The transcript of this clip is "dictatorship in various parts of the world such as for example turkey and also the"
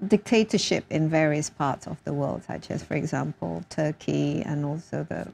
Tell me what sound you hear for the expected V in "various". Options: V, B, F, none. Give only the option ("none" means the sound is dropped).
V